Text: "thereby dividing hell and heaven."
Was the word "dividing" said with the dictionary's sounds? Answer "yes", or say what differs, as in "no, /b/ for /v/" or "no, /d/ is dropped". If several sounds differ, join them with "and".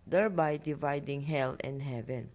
yes